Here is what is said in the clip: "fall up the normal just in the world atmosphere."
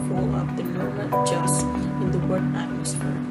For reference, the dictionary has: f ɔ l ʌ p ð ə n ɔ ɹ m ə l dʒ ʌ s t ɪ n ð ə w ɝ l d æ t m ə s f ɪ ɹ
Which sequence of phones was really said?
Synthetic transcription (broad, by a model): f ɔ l ʌ p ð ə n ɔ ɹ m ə n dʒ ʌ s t ɪ n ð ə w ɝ d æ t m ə s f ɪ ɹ